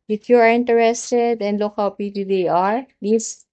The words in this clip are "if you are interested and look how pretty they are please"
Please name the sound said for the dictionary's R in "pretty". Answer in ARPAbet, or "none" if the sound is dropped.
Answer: none